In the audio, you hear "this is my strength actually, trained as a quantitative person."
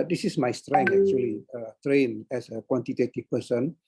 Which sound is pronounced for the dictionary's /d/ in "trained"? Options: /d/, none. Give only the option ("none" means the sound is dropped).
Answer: none